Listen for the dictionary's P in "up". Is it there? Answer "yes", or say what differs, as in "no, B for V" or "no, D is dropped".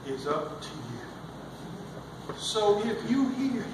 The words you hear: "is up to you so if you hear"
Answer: yes